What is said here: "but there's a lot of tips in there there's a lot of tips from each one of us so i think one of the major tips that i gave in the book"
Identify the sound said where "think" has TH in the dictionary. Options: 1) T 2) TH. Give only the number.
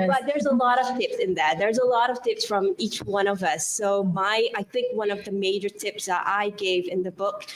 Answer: 2